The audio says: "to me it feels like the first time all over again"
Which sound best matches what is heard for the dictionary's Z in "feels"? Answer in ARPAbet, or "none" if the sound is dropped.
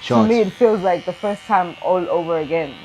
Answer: Z